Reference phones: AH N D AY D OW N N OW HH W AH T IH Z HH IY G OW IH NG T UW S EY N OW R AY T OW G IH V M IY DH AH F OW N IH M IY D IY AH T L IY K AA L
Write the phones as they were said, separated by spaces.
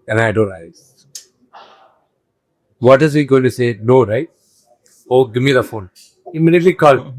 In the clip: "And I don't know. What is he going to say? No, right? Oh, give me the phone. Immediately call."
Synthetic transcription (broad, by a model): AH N AY D OW N L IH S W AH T IH Z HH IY G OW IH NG T UW S EY N OW R AY T OW G IH V M IY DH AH F OW N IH M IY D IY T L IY K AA L